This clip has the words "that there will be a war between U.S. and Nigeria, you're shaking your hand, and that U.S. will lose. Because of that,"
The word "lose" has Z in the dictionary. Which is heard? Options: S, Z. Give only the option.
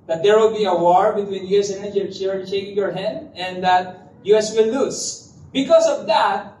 S